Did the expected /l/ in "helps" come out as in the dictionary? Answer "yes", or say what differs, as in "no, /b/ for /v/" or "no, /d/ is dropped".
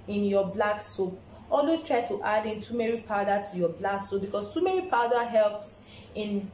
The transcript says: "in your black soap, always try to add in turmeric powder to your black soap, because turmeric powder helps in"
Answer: yes